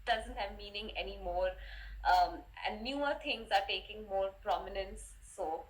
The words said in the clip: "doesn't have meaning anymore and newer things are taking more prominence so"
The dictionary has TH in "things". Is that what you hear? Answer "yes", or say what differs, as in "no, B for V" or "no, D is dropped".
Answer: no, T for TH